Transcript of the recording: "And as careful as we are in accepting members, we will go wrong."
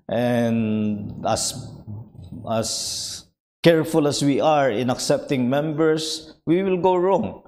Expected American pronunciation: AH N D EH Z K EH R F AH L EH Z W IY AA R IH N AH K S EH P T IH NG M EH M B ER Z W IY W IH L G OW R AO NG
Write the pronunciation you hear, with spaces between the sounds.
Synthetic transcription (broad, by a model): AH N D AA S K EH R F AH L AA S W IY AA R IH N AH K S EH P T IH NG M EH M B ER S W IY W IH L G OW R AO NG